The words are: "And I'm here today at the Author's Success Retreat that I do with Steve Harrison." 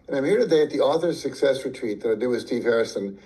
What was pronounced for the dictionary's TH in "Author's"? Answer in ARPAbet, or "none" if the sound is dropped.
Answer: TH